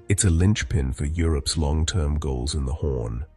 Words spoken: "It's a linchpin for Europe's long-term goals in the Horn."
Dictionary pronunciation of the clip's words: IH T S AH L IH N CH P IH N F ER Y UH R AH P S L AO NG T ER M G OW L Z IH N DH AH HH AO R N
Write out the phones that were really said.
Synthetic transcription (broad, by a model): IH T S AH L IH N CH P IH N F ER Y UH R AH P S L AO NG T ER M G OW L Z IH N DH AH HH AO R N